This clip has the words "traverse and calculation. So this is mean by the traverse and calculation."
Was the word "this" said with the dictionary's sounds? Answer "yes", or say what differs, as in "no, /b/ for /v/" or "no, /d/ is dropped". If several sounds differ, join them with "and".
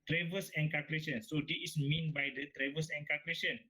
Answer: no, /s/ is dropped